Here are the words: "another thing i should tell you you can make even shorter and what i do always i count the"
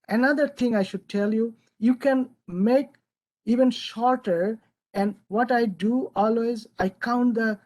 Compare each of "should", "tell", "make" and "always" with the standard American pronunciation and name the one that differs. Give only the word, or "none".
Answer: none